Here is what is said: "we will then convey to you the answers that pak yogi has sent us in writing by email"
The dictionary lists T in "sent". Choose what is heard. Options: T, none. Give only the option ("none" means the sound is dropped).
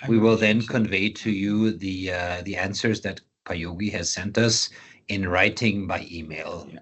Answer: T